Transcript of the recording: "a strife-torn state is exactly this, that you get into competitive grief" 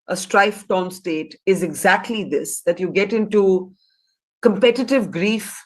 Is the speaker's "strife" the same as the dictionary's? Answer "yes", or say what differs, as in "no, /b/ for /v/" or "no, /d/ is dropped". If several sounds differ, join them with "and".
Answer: yes